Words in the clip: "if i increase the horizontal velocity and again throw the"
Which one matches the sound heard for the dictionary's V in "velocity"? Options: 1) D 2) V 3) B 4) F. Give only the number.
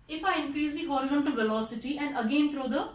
2